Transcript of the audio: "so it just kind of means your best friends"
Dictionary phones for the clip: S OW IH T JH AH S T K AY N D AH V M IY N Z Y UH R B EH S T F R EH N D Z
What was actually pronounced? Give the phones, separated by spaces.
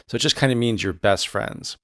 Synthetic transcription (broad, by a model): S OW IH T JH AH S K AY N D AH M IY N Z Y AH R B EH S T F R EH N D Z